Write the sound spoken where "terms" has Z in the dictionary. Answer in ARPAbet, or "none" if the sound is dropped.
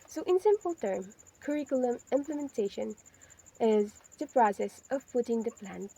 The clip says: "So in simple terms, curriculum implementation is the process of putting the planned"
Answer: none